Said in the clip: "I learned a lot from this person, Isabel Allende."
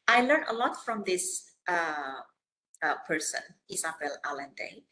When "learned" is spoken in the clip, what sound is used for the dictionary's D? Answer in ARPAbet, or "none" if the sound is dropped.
none